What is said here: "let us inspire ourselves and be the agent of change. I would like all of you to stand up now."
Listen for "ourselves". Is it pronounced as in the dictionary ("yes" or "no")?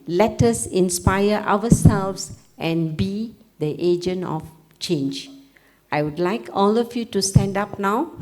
no